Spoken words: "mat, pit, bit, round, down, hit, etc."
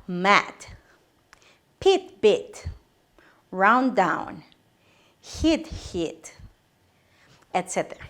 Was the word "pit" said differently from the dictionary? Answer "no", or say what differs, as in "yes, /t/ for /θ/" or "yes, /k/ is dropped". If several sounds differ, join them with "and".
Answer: no